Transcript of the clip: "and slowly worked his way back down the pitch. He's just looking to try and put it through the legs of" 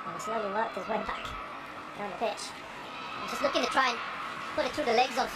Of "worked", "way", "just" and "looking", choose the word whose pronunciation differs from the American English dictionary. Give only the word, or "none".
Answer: worked